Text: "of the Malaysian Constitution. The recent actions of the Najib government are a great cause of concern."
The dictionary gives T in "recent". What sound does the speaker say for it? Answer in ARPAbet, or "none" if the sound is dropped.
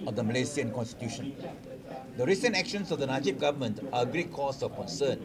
T